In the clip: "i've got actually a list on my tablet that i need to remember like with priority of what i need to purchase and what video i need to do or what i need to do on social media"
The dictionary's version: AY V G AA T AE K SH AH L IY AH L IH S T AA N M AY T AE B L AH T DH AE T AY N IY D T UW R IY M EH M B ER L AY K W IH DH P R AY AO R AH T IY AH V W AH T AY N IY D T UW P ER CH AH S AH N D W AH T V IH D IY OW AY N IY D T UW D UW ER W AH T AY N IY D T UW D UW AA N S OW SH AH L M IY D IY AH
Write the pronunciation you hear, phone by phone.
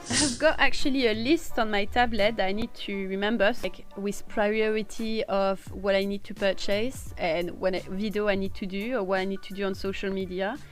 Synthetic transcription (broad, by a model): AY V G AA T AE K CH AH L IY AH L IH S T AA N M AY T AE B L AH T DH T AY N IY D T UW R IY M EH M B ER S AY K W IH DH P R AY AO R AH T IY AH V W AH T AY N IY D T UW P ER CH AH S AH N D W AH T V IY D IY OW AY N IY D T UW D UW ER W AH T AY N IY D T UW D UW AA N S OW SH AH L M IY D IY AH